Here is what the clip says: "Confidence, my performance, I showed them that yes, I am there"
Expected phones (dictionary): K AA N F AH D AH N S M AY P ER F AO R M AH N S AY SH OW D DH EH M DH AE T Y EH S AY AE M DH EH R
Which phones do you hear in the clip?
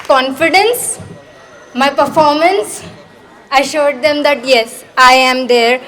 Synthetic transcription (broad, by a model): K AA N F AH D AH N S M AY P ER F AO R M AH N S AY SH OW D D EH M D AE T Y EH S AY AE M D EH R